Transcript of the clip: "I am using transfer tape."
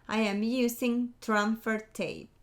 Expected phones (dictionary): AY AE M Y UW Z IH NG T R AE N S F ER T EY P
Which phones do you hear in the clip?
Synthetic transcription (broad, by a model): AY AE M Y UW S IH NG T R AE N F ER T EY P